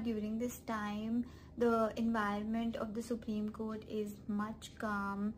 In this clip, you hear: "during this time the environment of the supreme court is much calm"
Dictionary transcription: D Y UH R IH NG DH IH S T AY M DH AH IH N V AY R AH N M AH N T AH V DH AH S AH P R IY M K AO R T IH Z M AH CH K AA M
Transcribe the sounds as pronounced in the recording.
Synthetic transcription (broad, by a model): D Y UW R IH NG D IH S T AY M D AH IH N V AY R AH N M AH N T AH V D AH S AH P R IY M K AO R T IH Z M AH CH K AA M